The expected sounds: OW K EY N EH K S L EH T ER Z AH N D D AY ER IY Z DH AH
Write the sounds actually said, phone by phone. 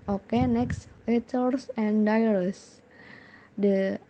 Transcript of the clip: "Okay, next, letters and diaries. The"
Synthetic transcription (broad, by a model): OW K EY N EH K S W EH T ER S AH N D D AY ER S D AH